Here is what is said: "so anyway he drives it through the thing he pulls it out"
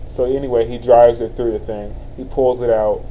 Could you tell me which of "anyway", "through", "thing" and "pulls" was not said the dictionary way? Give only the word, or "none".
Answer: none